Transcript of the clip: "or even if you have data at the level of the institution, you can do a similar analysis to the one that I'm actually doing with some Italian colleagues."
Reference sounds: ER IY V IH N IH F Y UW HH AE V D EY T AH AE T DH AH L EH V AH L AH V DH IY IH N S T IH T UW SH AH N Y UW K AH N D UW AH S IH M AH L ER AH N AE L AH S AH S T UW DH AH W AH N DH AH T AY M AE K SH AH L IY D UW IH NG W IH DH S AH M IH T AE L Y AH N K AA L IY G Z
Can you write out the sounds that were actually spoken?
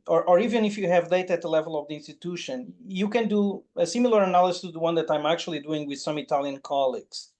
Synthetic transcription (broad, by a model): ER IY V IH N IH F Y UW HH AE V D EY T AH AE T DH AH L EH V AH L AH V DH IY IH N S T IH T UW SH AH N Y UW K AH N D UW AH S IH M L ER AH N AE L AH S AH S T UW DH AH W AH N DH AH T AY M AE K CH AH L IY D UW IH NG W IH DH S AH M IH T AE L Y AH N K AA L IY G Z